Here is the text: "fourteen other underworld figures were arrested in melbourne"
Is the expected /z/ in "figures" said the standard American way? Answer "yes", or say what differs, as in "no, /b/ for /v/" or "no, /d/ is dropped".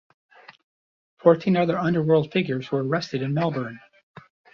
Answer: yes